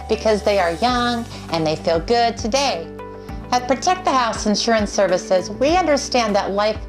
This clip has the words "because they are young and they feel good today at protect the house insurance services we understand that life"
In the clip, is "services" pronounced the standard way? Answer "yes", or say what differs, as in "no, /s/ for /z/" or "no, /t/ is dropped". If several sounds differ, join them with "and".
yes